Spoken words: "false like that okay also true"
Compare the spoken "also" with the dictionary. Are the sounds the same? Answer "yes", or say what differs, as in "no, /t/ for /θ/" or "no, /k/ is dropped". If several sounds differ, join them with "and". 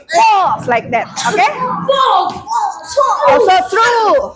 no, /l/ is dropped